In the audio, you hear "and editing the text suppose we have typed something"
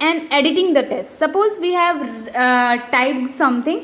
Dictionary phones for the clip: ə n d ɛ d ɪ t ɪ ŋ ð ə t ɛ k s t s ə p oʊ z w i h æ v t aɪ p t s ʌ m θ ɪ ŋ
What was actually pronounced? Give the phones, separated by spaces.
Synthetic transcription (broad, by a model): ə n d ɛ d ɪ t ɪ ŋ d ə t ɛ s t s ə p oʊ z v i h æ v t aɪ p s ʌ m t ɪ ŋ